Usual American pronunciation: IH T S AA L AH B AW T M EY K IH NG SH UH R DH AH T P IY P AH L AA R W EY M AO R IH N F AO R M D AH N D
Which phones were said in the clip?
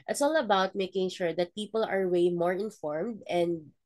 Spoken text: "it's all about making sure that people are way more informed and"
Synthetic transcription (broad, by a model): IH T S AA L AH B AW T M EY K IH NG SH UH R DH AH T P IY P AH L AA R W EY M AO R IH N F AO R M D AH N D